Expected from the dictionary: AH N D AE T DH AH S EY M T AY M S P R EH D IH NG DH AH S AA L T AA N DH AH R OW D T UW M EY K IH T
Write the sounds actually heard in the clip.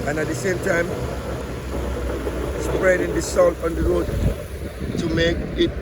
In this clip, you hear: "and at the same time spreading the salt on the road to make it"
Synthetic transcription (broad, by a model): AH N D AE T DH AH S EY M T AY M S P R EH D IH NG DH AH S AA N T AA N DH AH R OW D T UW M EY K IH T